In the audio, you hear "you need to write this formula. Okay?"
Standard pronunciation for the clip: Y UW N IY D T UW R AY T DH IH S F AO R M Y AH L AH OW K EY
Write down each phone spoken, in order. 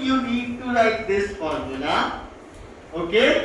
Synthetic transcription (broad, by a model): Y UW N IY D T UW L AY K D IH S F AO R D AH N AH OW K EY